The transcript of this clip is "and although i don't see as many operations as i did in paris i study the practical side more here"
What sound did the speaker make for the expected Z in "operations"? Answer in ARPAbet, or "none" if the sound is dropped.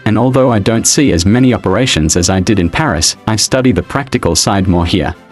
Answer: Z